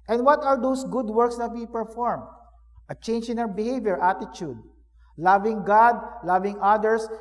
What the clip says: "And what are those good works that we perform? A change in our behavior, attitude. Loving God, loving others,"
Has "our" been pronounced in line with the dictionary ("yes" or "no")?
no